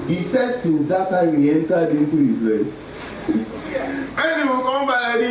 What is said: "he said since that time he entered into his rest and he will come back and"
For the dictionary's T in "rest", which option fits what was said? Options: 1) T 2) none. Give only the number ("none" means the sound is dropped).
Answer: 2